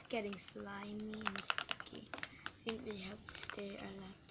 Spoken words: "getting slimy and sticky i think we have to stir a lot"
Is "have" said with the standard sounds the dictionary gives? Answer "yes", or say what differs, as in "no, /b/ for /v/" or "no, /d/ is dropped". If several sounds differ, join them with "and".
no, /p/ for /v/